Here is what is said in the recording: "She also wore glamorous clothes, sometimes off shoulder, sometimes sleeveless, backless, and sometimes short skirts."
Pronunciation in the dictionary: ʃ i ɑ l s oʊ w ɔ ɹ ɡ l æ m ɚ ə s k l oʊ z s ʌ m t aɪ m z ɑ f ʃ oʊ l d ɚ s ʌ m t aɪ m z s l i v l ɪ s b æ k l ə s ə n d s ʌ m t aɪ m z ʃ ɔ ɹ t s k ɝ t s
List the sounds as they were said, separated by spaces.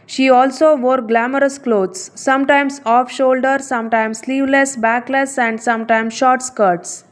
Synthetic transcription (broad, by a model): ʃ i ɑ l s oʊ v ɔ ɹ ɡ l æ m ɚ ə s k l oʊ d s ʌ m t aɪ m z ɑ f ʃ oʊ l d ɚ s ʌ m t aɪ m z s l i v l ɪ s b æ k l ə s ə n d s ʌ m t aɪ m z ʃ ɔ ɹ t s k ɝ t s